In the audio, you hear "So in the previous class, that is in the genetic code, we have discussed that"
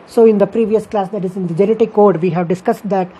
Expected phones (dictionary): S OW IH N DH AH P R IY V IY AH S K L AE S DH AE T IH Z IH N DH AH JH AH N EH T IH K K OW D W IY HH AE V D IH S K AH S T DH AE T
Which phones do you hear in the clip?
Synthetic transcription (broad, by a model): S OW IH N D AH P R IY V IY AH S K L AE S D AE T IH Z IH N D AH JH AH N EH T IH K K OW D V IY HH AE V D IH S K AH S T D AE T